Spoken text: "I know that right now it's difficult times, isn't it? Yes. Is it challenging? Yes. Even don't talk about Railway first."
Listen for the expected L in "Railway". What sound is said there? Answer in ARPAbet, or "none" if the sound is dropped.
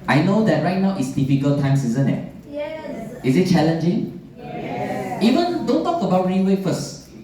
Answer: N